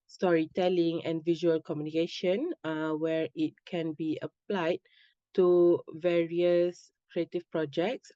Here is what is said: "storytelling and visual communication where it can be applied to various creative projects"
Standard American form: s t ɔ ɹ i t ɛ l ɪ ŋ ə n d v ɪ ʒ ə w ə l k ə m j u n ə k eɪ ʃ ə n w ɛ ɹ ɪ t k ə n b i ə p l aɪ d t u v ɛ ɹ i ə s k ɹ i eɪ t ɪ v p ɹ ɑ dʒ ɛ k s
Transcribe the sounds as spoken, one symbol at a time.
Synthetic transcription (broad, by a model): s t ɔ ɹ i t ɛ l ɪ ŋ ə n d v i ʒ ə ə l k ə m j u n ə k eɪ ʃ ə n w ɛ ɹ ɪ t k ə n b i ə p l aɪ d t u v ɛ ɹ i ə s k ɹ i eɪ t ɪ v p ɹ ɑ dʒ ɛ k s